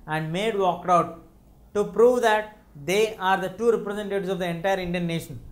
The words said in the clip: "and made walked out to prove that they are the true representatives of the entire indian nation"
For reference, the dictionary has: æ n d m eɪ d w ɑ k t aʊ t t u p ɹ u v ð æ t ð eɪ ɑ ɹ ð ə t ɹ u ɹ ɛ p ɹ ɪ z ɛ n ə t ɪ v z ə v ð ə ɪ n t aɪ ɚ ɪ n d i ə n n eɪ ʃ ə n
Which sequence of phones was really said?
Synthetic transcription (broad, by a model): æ n d m eɪ d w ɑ k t aʊ t t u p ɹ u v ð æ t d eɪ ɑ ɹ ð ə t u ɹ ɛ p ɹ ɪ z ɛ n t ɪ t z ə v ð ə ɪ n t aɪ ɚ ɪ n d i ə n n eɪ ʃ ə n